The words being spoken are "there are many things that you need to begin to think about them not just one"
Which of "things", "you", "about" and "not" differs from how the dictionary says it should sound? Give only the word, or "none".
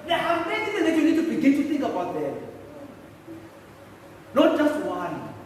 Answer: things